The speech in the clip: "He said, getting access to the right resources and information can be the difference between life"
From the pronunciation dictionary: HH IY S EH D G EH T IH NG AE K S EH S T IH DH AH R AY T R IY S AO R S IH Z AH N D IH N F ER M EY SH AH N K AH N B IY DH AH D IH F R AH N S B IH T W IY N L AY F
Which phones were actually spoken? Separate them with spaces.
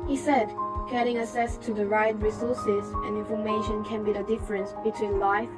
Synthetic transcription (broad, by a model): HH IY S EH D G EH T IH NG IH S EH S T IH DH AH R AY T R IY S AO R S IH Z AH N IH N F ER M EY SH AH N K AH N B IY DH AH D IH F R AH N S B IH T W IY N L AY F